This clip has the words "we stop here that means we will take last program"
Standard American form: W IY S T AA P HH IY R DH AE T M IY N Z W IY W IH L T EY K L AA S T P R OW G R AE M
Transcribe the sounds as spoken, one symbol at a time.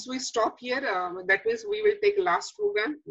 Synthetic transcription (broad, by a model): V IY S T AA P HH IY R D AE T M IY Z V IY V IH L T EY K L AA S T P R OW G R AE M